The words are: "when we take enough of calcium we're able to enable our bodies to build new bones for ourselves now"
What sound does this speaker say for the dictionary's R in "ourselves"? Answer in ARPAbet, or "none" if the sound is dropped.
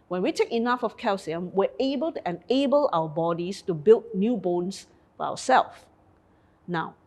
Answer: W